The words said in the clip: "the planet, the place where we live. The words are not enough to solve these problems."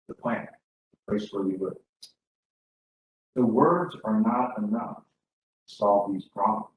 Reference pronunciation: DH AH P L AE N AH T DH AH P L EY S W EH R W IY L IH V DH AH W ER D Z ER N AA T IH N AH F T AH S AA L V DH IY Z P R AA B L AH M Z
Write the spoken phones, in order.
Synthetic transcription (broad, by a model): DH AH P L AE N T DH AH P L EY S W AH R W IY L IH DH AH W ER D Z ER N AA T IH N AH F T AH S AA L V DH IY Z P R AA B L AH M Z